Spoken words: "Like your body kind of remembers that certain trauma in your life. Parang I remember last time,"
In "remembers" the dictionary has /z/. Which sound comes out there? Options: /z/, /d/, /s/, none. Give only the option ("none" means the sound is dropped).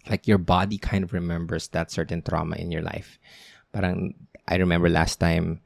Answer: /s/